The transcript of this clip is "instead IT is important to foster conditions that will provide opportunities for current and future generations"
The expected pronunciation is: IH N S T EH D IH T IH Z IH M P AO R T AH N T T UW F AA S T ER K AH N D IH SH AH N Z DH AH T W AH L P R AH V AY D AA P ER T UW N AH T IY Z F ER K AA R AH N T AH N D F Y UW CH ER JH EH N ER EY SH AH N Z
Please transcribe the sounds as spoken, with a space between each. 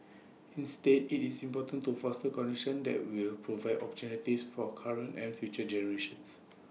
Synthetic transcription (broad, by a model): IH N S T EH D IH T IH S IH M P AO T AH N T T UW F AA S T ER K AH N D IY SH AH N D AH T W AH L P R AH V AY D AA P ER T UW N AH T IY S F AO K AA R AH N T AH N F Y UW CH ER JH EH N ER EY SH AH N S